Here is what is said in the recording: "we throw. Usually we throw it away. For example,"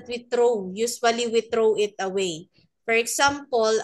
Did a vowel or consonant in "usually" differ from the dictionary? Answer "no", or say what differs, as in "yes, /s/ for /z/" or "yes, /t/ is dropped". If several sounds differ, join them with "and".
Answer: yes, /s/ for /ʒ/